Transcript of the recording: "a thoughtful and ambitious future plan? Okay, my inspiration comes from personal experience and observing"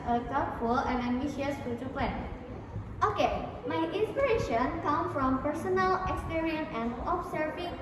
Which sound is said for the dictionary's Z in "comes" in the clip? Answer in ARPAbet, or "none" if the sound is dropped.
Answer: none